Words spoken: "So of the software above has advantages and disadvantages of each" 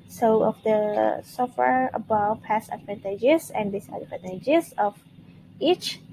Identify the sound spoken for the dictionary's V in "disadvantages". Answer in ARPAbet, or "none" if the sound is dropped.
P